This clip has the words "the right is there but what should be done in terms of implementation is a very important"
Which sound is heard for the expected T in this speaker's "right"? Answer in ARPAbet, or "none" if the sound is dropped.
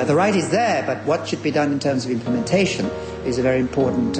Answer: T